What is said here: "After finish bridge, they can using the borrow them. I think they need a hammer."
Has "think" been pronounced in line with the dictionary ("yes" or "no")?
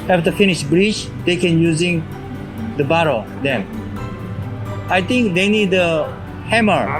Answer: no